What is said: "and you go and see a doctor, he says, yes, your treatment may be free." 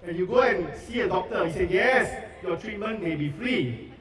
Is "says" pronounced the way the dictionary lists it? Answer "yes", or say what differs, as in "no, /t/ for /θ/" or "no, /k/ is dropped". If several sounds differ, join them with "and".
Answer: no, /z/ is dropped